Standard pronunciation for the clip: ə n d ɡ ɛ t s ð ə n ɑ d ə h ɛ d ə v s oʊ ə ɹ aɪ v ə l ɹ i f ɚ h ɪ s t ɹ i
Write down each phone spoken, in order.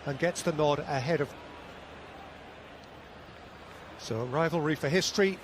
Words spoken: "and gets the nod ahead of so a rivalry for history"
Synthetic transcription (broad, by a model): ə n ɡ ɛ t s ð ə n ɑ d ə h ɛ d ə v s oʊ ə ɹ aɪ v ə l ɹ i f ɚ h ɪ s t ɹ i